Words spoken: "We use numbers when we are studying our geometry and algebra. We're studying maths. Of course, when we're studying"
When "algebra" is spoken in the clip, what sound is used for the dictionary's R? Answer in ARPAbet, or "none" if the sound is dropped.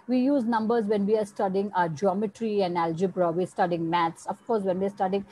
R